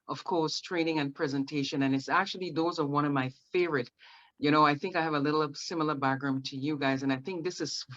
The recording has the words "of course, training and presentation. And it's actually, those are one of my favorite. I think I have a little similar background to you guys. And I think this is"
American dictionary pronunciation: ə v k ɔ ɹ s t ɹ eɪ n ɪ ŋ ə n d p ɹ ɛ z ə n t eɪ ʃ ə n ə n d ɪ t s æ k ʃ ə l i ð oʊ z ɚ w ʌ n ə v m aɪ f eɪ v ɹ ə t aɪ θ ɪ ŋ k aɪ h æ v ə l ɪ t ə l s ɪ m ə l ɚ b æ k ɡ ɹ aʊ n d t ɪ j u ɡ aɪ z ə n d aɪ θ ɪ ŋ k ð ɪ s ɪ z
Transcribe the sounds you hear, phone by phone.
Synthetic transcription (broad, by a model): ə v k ɔ ɹ s t ɹ eɪ n ɪ ŋ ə n p ɹ ɛ z ə n t eɪ ʃ ə n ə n ɪ t s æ k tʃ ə l i ð oʊ z ɚ w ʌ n ə v m aɪ f eɪ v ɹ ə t aɪ θ ɪ ŋ k aɪ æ v ə l ɪ t l s ɪ m l ɚ b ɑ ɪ ɡ ɹ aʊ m t ɪ j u ɡ aɪ z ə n aɪ θ ɪ ŋ k ð ɪ s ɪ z